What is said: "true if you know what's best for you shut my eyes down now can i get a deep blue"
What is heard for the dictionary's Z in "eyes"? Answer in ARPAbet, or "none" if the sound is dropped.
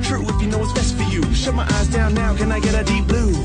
Z